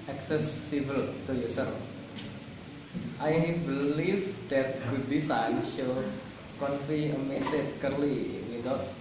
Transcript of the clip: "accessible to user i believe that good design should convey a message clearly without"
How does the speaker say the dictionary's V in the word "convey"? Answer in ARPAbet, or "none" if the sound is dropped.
F